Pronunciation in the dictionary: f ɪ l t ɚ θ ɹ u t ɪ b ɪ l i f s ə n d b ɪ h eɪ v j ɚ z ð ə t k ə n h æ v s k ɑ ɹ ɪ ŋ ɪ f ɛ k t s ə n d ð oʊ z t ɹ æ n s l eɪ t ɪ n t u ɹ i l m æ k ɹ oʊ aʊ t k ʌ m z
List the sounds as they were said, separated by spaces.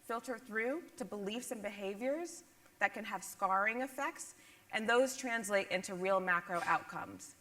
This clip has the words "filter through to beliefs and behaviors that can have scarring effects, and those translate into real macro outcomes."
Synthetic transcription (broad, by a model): f ɪ l t ɚ θ ɹ u t ɪ b ɪ l i f s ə n b ɪ h eɪ v j ɚ z ð ə t k ə n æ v s k ɑ ɹ ɪ ŋ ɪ f ɛ k t s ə n ð oʊ z t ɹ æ n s l eɪ t ɪ n t u ɹ i l m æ k ɹ oʊ aʊ t k ʌ m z